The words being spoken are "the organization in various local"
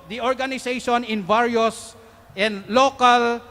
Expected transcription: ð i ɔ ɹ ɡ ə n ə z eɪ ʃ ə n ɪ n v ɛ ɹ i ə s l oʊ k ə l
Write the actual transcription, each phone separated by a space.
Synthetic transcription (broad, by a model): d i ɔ ɹ ɡ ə n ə s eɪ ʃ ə n ɪ n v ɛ ɹ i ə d l oʊ k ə l